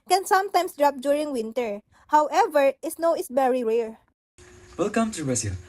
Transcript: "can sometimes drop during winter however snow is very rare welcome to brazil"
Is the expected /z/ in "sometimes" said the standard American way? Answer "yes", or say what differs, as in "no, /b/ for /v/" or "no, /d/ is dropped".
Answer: no, /s/ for /z/